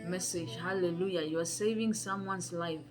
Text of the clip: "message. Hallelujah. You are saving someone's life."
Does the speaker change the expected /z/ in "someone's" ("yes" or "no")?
yes